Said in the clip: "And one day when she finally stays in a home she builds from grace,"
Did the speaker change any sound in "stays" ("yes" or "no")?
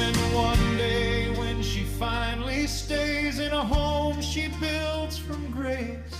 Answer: no